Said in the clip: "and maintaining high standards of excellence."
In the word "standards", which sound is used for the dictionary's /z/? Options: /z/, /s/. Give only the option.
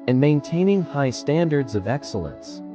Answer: /z/